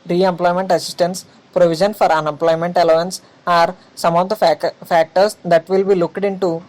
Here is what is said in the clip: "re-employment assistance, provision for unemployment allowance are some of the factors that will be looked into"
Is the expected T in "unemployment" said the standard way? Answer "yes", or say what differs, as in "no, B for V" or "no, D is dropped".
yes